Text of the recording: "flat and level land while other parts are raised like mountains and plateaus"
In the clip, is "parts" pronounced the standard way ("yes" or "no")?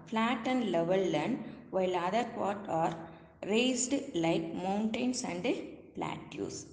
no